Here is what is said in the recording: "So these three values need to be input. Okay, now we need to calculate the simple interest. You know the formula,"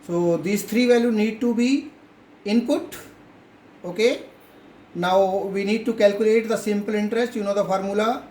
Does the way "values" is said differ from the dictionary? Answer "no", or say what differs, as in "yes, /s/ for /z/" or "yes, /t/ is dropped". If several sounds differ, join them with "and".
yes, /z/ is dropped